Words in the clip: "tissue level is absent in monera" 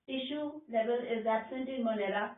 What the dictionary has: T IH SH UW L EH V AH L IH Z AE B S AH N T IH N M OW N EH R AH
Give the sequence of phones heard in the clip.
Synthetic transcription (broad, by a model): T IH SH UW L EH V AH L IH Z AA S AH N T IH N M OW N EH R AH